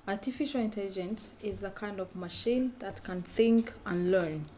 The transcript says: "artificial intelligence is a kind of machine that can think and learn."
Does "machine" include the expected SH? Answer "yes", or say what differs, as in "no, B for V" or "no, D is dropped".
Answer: yes